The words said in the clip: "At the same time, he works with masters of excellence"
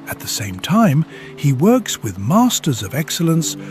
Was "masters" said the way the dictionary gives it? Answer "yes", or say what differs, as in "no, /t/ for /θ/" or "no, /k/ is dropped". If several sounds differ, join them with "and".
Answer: yes